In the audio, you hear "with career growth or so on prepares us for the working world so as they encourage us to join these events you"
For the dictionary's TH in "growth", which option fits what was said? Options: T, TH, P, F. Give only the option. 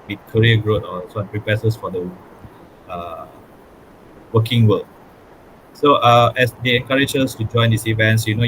T